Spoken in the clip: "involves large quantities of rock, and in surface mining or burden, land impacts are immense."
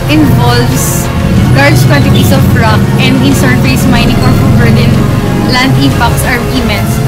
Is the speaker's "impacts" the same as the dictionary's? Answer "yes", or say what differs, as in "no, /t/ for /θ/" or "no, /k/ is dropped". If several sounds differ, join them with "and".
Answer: no, /m/ is dropped